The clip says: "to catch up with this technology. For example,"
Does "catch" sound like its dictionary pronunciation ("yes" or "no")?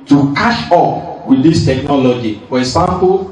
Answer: no